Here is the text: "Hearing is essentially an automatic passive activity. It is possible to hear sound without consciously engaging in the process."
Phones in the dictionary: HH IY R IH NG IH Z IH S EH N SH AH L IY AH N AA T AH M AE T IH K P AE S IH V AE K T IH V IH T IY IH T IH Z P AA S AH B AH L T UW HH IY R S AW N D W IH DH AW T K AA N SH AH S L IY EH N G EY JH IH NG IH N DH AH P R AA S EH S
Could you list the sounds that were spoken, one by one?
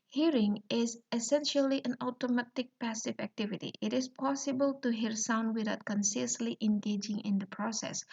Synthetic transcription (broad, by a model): HH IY R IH NG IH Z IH S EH N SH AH L IY AH N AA T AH M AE T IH K P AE S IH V AE K T IH V IH T IY IH T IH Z P AA S AH B AH L T UW HH IY R S AW N D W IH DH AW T K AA N S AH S L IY EH N G EY JH IH NG IH N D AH P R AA S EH S